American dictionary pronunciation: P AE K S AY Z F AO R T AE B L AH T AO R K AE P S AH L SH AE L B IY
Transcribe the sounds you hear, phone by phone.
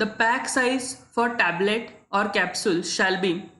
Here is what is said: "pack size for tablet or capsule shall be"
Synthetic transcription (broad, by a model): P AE K S AY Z F AO R T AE B L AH T AO R K AE P S AH L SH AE L B IY